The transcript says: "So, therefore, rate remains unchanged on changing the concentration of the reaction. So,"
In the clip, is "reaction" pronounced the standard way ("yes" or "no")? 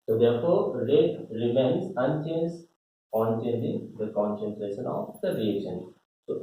no